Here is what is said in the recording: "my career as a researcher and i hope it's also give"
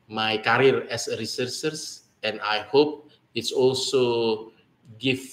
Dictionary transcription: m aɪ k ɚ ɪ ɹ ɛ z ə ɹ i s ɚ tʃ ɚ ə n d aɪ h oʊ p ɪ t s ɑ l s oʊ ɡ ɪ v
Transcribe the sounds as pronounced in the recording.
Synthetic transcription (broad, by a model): m aɪ k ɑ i ɹ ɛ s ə ɹ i s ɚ s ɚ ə n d aɪ h oʊ p ɪ t s ɑ l s oʊ ɡ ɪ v